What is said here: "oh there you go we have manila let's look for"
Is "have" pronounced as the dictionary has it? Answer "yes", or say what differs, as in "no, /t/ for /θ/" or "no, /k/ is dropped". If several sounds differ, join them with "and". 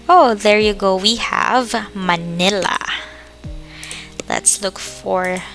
yes